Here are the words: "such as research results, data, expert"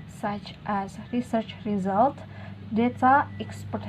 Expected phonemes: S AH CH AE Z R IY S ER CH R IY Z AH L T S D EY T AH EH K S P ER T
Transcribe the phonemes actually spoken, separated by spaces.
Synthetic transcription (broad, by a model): S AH CH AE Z R IY S ER CH R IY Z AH L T D EY T AH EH K S P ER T